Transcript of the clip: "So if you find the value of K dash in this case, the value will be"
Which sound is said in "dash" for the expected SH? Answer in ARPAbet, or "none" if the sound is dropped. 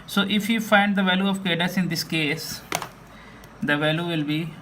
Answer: S